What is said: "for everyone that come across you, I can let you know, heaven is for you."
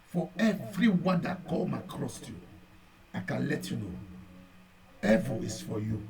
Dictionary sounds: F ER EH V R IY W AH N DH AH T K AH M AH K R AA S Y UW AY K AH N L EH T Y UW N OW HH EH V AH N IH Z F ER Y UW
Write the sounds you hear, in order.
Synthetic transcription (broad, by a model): F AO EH V R IY W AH N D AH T K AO M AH K R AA S Y UW AY K AH N L EH T Y UW N OW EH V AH IH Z F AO Y UW